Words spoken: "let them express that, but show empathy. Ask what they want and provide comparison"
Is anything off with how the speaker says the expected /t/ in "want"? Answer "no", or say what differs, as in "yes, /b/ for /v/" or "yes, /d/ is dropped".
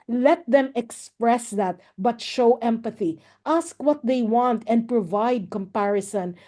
no